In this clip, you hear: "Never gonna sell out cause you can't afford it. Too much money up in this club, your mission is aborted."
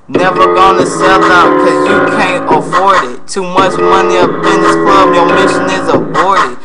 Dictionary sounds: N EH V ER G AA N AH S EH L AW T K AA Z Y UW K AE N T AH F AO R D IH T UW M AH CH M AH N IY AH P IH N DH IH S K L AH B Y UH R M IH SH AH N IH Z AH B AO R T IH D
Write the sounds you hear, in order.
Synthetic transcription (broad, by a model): N EH V ER G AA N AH S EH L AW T K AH Z Y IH K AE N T AH F AO R D IH T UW M AH CH M AH N IY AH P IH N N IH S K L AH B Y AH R M IH SH AH N IH Z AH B AO R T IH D